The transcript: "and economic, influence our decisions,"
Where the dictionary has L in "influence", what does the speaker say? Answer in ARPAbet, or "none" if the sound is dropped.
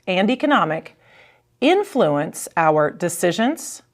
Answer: L